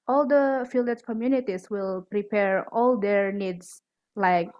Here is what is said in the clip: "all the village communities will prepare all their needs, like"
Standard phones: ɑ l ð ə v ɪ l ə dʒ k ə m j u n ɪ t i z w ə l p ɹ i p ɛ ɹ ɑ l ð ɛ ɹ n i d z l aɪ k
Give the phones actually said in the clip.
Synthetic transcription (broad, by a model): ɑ l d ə f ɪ l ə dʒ k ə m j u n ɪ t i s w ə l p ɹ i p ɛ ɹ ɑ l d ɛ ɹ n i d s l aɪ k